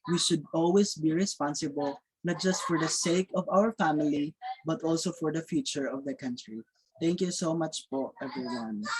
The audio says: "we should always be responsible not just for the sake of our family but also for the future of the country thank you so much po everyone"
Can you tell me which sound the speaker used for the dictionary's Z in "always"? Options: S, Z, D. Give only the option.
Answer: S